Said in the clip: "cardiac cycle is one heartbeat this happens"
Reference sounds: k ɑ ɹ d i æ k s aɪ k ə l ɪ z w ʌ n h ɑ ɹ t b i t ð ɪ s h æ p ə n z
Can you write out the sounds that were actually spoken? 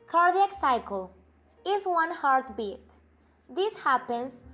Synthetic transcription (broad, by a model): k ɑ ɹ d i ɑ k s aɪ k ə l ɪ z w ʌ n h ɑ ɹ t b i t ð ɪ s h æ p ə n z